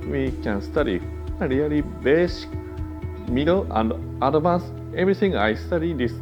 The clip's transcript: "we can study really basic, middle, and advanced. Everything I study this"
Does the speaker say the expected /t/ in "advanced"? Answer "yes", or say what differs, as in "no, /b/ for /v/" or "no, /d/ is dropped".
no, /t/ is dropped